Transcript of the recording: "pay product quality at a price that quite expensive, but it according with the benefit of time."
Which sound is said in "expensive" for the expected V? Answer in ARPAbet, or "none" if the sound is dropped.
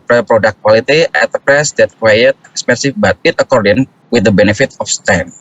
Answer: F